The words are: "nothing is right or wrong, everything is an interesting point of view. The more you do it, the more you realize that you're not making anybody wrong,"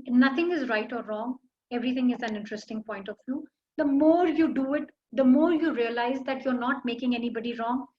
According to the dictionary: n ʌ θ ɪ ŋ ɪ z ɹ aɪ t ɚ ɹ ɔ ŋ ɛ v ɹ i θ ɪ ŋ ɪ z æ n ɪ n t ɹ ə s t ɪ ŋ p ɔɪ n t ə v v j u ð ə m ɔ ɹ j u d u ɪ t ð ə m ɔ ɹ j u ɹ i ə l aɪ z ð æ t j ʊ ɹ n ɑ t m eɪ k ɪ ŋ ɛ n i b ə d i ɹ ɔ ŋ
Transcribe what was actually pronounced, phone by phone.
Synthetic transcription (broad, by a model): n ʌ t ɪ ŋ ɪ z ɹ aɪ t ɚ ɹ ɔ ŋ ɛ v ɹ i t ɪ ŋ ɪ z æ n ɪ n t ɹ ə s t ɪ ŋ p ɔɪ n t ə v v j u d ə m ɔ ɹ j u d u ɪ t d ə m ɔ ɹ j u ɹ i ə l aɪ z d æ t j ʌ ɹ n ɑ t m eɪ k ɪ ŋ ɛ n i b ə d i ɹ ɔ ŋ